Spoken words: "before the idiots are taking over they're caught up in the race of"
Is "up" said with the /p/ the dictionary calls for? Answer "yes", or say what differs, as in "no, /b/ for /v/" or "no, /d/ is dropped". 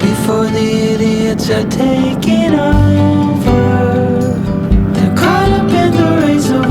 no, /b/ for /p/